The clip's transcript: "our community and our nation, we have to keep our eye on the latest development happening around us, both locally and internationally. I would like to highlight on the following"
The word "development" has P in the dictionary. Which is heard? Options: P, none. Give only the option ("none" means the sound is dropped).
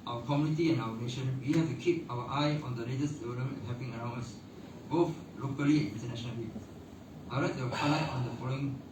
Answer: none